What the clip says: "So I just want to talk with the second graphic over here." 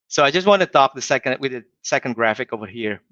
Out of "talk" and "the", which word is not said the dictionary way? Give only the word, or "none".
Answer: talk